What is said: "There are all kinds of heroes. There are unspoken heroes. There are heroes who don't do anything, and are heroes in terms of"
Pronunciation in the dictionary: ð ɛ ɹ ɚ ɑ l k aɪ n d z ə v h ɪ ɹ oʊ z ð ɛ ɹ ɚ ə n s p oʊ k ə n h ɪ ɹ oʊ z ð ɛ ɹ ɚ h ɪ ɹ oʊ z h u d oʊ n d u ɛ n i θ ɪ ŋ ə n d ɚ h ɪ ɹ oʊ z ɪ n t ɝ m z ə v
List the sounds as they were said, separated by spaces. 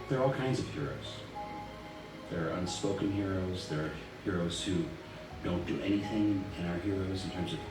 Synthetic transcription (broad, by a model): ð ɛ ɹ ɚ ɑ l k aɪ n d z ə v h ɪ ɹ oʊ z ð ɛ ɹ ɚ ə n s p oʊ k ə n h ɪ ɹ oʊ z ð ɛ ɹ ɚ h ɪ ɹ oʊ z h u d oʊ n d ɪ ɛ n i θ ɪ ŋ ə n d ɚ h ɪ ɹ oʊ z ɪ n t ɝ m z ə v